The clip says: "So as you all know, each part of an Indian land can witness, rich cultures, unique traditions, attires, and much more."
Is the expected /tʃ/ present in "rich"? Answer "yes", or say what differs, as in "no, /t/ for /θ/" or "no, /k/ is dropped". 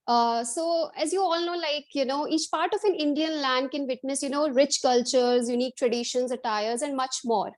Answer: yes